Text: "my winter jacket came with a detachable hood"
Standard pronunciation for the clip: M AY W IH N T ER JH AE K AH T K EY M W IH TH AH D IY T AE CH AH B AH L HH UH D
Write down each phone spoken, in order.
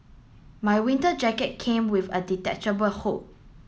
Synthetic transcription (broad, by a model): M AY W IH N T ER JH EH K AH T K EY M W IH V AH D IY T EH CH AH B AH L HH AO